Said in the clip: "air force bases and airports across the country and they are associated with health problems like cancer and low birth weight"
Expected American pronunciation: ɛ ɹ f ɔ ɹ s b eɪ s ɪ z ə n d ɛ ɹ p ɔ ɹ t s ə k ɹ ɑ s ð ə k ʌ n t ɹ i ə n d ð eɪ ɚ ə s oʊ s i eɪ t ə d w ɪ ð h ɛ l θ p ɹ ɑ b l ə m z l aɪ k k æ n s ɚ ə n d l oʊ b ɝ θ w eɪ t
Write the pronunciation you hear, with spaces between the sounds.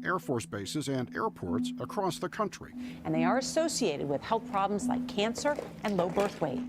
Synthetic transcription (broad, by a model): ɛ ɹ f ɔ ɹ s b eɪ s ɪ z ə n d ɛ ɹ p ɔ ɹ t s ə k ɹ ɑ s ð ə k ʌ n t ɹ i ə n ð eɪ ɚ ə s oʊ s i eɪ t ə d w ɪ ð h ɛ l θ p ɹ ɑ b l ə m z l aɪ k k æ n s ɚ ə n l oʊ b ɝ θ w eɪ